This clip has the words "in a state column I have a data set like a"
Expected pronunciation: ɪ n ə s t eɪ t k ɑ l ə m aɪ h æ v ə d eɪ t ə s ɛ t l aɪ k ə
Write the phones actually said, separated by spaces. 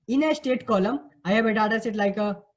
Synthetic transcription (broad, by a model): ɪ n ə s t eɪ t k ɑ l ə m aɪ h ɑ b ə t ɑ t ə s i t l aɪ k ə